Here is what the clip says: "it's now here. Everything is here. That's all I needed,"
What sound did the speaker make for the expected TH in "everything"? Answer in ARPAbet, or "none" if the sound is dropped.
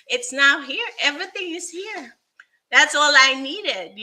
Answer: TH